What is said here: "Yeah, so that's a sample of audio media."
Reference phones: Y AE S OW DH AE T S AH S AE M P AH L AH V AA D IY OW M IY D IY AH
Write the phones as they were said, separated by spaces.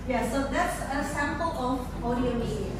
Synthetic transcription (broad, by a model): Y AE S OW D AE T S AH S AE M P AH L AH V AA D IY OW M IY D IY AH